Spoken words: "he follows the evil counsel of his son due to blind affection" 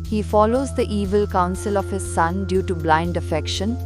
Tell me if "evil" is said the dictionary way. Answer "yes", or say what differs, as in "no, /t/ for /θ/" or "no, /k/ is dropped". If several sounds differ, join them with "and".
yes